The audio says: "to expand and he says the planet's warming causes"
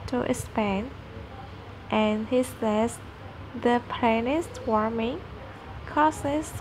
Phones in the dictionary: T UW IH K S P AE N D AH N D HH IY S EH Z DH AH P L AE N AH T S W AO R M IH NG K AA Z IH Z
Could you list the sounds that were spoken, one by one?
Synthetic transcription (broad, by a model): T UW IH S P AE N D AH N HH IY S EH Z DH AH P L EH N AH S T W AO R M IH NG K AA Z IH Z